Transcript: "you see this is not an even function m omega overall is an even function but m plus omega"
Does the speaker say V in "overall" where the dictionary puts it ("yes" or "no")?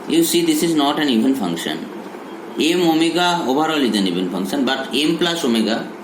no